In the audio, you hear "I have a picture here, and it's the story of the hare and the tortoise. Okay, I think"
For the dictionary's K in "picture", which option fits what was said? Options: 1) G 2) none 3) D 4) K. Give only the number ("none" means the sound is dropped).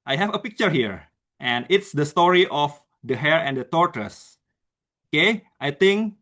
4